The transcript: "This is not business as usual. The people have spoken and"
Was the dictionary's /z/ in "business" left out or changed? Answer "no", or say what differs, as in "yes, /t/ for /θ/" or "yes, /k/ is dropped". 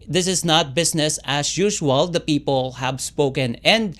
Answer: yes, /s/ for /z/